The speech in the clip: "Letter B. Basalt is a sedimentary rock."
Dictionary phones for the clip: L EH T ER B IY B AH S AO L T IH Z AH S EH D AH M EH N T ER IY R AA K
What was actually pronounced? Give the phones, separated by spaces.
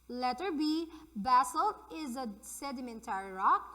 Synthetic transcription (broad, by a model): L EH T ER B IY B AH S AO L IH Z AH S EH D AH M EH N T ER IY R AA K